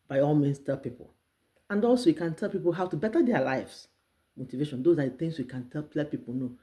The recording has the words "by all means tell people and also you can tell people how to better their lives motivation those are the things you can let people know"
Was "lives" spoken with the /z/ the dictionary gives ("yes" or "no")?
no